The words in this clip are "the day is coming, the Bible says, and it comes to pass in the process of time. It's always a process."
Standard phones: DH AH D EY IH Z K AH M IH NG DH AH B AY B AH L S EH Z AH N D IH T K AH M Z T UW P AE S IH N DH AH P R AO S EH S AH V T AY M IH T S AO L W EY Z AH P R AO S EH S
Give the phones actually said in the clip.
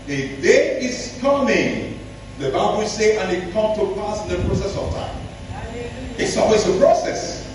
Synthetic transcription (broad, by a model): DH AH D EY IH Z K AH M IH NG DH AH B AY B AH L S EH AH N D IH T K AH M T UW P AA S IH N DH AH P R AO S EH S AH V T AY M IH T S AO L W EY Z AH P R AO S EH S